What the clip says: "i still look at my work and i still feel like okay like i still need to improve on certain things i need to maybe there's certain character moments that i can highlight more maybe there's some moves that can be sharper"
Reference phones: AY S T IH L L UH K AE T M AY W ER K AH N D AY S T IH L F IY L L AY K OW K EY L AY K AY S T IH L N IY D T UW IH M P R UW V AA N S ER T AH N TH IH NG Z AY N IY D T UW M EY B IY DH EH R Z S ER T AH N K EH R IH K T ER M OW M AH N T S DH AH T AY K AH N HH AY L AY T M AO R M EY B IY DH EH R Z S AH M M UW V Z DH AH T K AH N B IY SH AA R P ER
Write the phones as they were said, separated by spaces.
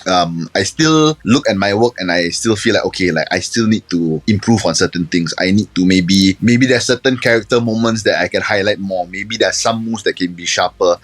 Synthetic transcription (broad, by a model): AY S T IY L L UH K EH T M AY W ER K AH N AY S T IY L F IY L L AY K OW K EY L AY K AY S T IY L N IY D T UW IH M P R UW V AA N S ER T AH N T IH NG S AY N IY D T UW M EY B IY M EH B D S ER T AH N K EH R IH K T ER M OW M AH N T S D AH T AY K AH N HH AY L AY T M AO M EY B IY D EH S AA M M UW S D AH T K AH N B IY SH AA P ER